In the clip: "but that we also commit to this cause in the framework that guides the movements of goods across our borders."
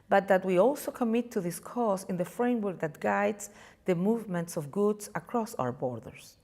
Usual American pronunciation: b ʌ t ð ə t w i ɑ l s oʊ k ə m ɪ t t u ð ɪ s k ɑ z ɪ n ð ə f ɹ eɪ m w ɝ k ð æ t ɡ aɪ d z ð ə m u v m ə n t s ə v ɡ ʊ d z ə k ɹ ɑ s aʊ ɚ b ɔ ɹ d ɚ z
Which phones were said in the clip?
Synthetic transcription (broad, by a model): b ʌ t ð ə t w i ɑ l s oʊ k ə m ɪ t t u ð ɪ s k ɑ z ɪ n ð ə f ɹ eɪ m w ɝ k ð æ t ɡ aɪ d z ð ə m u v m ə n t s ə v ɡ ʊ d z ə k ɹ ɑ s aʊ ɚ b ɔ ɹ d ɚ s